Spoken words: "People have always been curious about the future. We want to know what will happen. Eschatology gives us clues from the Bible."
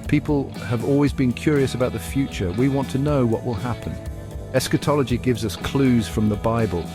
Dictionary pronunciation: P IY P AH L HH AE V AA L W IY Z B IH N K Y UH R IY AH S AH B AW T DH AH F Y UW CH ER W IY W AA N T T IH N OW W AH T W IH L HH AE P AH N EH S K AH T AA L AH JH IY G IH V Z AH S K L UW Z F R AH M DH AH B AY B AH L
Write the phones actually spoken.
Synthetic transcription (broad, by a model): P IY P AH L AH V AA L W IY Z B IH N K Y UH R IY AH S AH B AW T DH AH F Y UW CH ER W IY W AA N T T IH N OW W AH T W IH L HH AE P AH N EH S K AH T AA L AH JH IY G IH V Z AH S K L UW Z F R AH M DH AH B AY B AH L